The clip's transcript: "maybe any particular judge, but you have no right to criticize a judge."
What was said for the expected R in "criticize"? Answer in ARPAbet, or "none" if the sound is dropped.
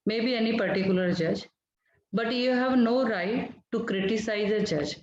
R